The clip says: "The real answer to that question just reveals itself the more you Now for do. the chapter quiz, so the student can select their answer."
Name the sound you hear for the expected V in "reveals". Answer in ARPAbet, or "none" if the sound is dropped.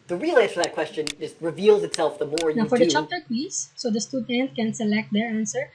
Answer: V